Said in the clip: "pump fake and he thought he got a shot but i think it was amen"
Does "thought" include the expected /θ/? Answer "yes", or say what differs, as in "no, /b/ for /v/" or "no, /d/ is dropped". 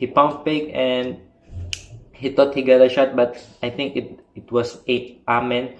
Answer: no, /t/ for /θ/